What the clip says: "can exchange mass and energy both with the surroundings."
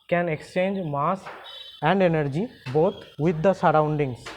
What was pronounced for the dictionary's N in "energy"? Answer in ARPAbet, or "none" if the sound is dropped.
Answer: N